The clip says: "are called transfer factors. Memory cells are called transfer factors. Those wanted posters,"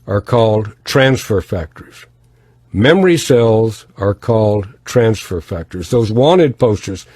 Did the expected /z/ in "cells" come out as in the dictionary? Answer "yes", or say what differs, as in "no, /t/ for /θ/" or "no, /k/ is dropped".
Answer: yes